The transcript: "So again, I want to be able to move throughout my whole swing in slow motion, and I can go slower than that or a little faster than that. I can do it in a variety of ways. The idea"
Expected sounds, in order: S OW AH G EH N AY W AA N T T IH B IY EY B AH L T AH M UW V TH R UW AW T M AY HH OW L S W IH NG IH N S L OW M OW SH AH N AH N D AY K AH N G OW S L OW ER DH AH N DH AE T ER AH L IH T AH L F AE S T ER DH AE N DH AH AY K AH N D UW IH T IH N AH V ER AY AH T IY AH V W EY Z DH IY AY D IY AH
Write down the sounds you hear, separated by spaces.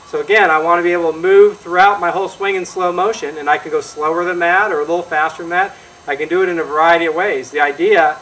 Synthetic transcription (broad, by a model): S OW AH G EH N AY W AA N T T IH B IY EY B L T AH M UW V TH R UW AW T M AY HH OW L S W IH NG IH N S L OW M OW SH AH N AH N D AY K AH N G OW S L OW ER DH AH N DH AE T ER AH L IH T L F AE S T ER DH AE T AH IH K AH N D IH T IH N AH V ER AY AH T IY AH V W EY Z DH IY AY D IY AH